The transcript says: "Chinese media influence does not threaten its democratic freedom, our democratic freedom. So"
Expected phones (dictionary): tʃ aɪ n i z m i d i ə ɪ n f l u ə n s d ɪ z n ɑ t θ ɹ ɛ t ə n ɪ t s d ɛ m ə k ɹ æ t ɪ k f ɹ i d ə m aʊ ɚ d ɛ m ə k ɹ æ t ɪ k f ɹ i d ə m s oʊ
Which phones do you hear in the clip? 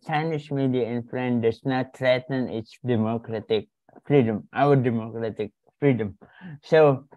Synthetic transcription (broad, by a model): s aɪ n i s m i d i ə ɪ n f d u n d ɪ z n ɑ t ɹ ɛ t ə n ɪ t s d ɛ m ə k ɹ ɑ t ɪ k f ɹ i d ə m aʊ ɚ d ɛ m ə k ɹ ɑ t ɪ k f ɹ i d ə m s oʊ